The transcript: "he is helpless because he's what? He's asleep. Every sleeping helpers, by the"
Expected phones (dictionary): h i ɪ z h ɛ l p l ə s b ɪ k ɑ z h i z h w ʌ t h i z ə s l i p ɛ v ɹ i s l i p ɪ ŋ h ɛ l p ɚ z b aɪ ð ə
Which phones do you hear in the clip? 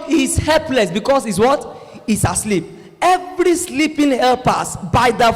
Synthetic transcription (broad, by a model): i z h ɛ l p l ə s b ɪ k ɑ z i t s w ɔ t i s ə s l i p ɛ v ɹ i s l i p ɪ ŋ h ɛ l p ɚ s b aɪ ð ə